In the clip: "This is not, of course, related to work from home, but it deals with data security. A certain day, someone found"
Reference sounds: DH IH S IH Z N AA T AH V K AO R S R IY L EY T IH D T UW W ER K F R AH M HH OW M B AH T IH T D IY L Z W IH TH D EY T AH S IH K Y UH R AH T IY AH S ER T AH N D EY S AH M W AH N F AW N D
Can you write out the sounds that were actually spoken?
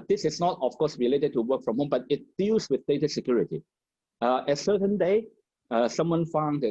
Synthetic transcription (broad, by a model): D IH S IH S N AA T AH F K AO S R IY L EY T IH D T UW W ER K F R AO M HH OW M B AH T IH T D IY L S W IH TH D EY T AH S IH K Y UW R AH T IY AH S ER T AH N D EY S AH M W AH N F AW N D